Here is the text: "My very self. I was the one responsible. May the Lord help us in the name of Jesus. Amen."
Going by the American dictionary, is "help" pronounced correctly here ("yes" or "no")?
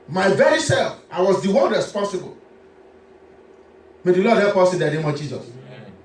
no